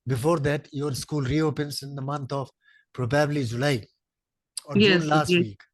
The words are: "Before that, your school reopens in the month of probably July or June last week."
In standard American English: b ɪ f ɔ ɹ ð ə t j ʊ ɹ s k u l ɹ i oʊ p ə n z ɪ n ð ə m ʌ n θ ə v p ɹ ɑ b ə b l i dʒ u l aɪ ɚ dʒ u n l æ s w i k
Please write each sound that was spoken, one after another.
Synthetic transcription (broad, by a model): b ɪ f ɔ ɹ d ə t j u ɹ s k u l ɹ i oʊ p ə n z ɪ n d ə m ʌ n t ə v p ɹ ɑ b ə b l i dʒ u l aɪ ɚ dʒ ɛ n l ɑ s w i k